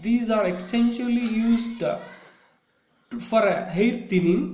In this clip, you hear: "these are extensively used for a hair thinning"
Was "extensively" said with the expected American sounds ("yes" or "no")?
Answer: no